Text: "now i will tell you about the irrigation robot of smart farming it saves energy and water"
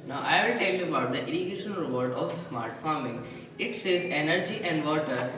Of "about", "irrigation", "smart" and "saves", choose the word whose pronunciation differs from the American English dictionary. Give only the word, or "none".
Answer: saves